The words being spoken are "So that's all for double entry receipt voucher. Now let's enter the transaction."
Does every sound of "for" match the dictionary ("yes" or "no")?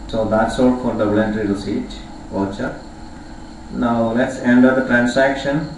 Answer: no